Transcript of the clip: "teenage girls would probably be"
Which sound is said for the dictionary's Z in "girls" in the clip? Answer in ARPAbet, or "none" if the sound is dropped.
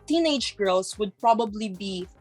S